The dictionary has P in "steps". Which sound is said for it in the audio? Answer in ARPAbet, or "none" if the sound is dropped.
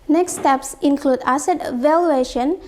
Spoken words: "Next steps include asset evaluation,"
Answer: P